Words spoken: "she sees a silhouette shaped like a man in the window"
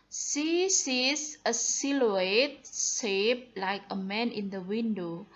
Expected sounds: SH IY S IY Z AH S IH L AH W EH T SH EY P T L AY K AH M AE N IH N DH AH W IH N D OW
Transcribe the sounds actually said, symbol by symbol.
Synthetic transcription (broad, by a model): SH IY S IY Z AH S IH L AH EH T S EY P L AY K AH M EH N IH N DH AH W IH N D OW